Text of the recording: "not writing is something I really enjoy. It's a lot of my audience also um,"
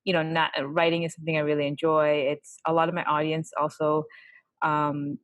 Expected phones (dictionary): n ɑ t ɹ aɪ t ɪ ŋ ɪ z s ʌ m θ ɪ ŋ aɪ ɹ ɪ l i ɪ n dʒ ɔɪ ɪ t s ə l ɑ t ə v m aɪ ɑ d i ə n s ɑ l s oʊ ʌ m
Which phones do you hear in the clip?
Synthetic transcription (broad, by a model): n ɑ t ɹ aɪ t ɪ ŋ ɪ z s ʌ m θ ɪ ŋ aɪ ɹ ɪ l i ɪ n dʒ ɔɪ ɪ t s ə l ɑ t ə v m aɪ ɑ d i ə n s ɑ l s oʊ ʌ m